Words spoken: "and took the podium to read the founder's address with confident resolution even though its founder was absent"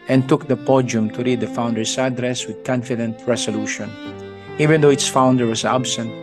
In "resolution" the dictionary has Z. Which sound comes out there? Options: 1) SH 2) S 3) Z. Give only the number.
2